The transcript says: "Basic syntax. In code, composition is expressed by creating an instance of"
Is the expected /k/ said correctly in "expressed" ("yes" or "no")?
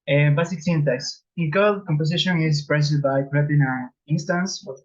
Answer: no